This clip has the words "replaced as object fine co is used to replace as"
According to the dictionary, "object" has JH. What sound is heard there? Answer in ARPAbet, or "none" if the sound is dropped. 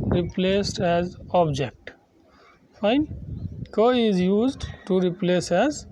JH